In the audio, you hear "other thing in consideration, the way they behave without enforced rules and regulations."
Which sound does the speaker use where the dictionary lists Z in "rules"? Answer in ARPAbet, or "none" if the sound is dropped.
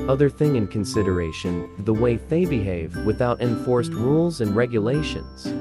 Z